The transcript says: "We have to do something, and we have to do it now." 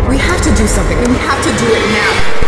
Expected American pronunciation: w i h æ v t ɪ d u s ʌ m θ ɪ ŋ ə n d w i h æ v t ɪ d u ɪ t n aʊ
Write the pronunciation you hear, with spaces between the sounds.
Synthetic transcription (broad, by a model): w i h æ f t ɪ d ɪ s ʌ m θ ɪ ŋ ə n w i h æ f t ɪ d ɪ ɪ t n aʊ